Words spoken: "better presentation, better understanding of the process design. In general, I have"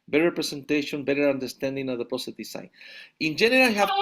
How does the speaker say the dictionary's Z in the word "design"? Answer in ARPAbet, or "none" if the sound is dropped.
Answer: S